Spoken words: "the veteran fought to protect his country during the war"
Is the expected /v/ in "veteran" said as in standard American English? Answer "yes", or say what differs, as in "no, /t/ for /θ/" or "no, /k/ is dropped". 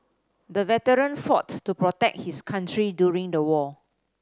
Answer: yes